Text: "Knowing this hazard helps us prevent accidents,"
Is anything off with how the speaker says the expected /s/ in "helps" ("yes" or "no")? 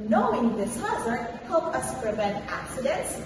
yes